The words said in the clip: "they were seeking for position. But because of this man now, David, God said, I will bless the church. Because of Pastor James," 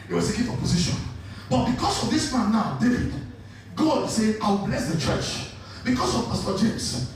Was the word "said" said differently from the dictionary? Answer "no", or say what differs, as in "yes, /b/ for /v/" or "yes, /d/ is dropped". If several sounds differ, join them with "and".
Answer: yes, /d/ is dropped